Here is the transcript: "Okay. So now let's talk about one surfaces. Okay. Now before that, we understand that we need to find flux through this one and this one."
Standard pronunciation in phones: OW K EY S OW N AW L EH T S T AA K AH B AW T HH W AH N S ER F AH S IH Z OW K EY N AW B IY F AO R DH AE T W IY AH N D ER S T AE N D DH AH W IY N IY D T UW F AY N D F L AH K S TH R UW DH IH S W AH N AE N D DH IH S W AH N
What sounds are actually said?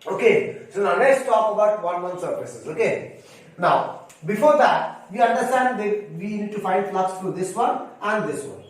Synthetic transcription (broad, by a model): OW K EY S OW N AW N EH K S T AA K AH B AW T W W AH N S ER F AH S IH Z OW K EY N AW B IY F AO R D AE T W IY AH N D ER S T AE N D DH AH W IY N IY D T UW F AY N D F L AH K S T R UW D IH S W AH N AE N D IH S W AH N